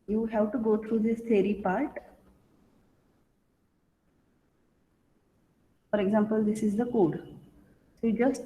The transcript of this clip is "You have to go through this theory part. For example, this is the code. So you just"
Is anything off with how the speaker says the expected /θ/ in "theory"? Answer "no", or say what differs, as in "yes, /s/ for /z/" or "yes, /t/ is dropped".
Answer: yes, /t/ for /θ/